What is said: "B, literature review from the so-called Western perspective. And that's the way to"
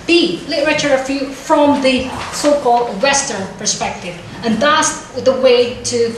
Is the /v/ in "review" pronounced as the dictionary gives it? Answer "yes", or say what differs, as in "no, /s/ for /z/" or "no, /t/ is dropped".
no, /f/ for /v/